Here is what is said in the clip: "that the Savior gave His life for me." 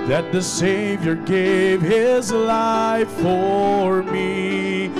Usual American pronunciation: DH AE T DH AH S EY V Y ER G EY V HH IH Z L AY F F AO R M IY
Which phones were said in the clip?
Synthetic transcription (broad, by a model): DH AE T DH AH S EY V Y ER G EY V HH IH Z L AY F F AO R M IY